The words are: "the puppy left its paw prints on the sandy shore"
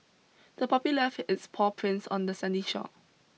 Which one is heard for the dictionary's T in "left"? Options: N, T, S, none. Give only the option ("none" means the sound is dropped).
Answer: none